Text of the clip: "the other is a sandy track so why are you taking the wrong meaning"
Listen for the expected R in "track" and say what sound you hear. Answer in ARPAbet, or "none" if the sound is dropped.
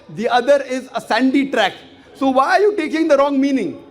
R